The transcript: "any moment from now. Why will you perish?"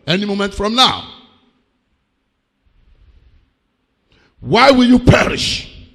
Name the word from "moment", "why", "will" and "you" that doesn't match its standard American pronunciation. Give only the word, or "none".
none